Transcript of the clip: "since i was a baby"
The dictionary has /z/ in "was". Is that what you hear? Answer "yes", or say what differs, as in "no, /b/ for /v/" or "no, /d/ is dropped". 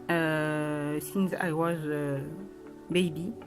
yes